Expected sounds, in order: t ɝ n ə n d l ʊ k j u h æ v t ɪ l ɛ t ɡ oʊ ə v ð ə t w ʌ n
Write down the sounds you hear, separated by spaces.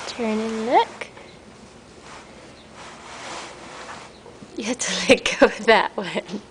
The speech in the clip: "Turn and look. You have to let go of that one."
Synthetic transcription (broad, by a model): t ɝ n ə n l ʊ k j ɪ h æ t ɪ l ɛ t ɡ oʊ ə w ð ə t w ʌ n